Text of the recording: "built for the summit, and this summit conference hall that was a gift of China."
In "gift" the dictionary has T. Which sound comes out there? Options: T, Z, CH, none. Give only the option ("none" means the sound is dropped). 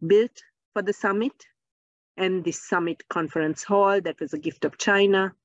T